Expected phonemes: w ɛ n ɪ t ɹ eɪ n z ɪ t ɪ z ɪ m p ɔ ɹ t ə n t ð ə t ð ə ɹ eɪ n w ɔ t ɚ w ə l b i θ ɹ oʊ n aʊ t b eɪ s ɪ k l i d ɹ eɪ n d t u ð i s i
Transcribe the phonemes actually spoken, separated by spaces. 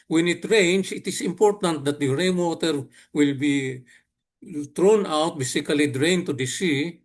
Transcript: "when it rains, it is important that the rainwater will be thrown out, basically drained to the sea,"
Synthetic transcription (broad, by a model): w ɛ n ɪ t ɹ eɪ n s ɪ t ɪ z ɪ m p ɔ ɹ t ə n t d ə t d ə ɹ eɪ n w ɔ t ɚ w ə l b i t ɹ oʊ n aʊ t b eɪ s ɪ k l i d ɹ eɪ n t u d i s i